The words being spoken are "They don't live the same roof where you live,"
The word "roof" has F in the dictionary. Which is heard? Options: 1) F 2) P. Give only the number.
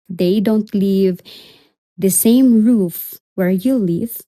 1